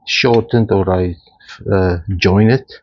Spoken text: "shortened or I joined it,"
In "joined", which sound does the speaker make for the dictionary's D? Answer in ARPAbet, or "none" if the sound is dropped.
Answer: none